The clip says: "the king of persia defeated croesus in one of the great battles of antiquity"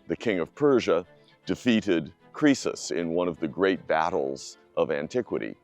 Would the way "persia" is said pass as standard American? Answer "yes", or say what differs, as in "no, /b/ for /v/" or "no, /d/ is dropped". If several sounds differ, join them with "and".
yes